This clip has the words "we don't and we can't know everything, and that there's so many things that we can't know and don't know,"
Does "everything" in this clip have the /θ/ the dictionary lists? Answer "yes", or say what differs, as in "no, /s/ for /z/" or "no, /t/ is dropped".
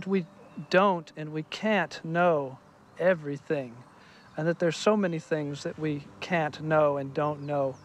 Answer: yes